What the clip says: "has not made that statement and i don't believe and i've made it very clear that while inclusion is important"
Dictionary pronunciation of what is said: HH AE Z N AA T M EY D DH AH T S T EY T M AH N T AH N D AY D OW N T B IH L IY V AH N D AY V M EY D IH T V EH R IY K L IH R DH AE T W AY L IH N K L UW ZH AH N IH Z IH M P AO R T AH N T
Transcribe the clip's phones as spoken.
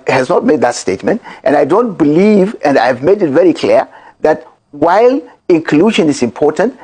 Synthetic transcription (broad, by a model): HH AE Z N AA T M EY D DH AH T S T EY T M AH N T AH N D AY D OW N T B IH L IY V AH N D AY V M EY D IH T V EH R IY K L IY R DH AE T W AY L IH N K L UW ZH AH N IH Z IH M P AO R T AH N T